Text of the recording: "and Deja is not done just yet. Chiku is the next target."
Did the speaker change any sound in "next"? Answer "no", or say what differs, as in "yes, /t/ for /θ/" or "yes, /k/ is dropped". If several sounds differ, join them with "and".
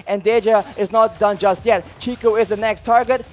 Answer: no